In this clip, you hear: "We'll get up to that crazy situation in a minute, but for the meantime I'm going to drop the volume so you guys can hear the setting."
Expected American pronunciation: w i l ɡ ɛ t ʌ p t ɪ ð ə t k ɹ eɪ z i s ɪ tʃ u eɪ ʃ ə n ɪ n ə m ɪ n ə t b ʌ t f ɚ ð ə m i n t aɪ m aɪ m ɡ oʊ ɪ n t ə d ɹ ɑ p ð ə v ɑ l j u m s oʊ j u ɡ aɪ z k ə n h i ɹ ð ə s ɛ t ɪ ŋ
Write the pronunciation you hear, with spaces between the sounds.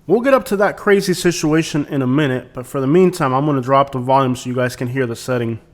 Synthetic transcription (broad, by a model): w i l ɡ ɛ t ʌ p t ɪ ð ə t k ɹ eɪ z i s ɪ tʃ u eɪ ʃ ə n ɪ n ə m ɪ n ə t b ʌ t f ɚ ð ə m i n t aɪ m aɪ m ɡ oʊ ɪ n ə d ɹ ɑ p ð ə v ɑ l j u m s oʊ j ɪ ɡ aɪ z k ə n h i ɹ ð ə s ɛ t ɪ ŋ